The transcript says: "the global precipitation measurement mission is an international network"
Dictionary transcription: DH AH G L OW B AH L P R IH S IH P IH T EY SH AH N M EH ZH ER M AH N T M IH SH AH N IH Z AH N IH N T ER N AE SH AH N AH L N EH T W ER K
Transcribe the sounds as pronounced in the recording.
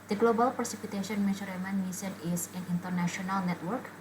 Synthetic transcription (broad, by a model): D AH G L OW B AH L P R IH S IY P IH T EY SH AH N M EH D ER M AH N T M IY S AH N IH S AH N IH N T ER N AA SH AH N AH L N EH T W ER K